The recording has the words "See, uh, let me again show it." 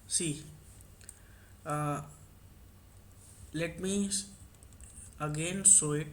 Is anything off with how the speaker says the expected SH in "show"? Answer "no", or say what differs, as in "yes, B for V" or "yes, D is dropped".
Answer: yes, S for SH